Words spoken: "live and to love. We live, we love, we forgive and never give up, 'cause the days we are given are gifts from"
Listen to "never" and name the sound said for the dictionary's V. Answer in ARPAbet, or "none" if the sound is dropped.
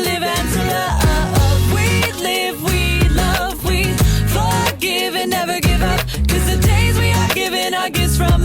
V